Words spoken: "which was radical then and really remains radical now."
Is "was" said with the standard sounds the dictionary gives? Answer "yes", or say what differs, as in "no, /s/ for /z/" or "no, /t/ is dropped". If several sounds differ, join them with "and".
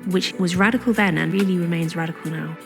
yes